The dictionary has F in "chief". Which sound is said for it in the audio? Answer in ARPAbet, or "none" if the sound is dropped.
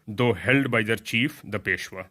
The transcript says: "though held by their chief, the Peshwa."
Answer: F